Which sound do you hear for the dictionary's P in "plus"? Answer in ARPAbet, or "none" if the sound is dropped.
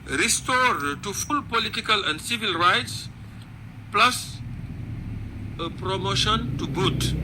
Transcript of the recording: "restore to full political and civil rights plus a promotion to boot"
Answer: P